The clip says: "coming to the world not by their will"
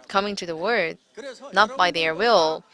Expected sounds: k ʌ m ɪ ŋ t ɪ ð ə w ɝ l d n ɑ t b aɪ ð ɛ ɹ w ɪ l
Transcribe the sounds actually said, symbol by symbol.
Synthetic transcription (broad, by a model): k ʌ m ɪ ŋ t ɪ ð ə w ɝ d n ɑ t b aɪ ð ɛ ɹ w ɪ l